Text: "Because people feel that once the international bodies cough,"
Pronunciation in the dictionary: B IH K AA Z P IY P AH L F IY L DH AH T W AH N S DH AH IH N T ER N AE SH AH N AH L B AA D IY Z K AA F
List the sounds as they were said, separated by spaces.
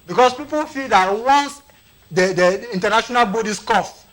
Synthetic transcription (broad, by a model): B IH K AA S P IY P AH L F IY L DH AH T W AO N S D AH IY N T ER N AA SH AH N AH L B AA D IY S K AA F